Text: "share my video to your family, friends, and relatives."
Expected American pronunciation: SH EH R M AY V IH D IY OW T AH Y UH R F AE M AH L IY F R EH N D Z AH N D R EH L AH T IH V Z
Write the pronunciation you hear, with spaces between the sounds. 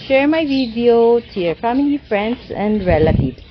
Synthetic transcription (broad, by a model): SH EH R M AY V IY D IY OW T AH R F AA M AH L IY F R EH N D S AH N D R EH L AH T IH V